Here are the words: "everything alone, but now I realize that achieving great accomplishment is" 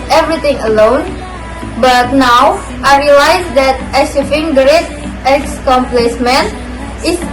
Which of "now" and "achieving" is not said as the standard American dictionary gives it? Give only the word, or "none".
achieving